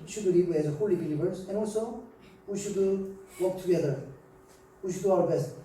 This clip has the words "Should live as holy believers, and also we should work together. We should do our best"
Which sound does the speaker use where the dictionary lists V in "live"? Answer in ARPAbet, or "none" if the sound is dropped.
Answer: W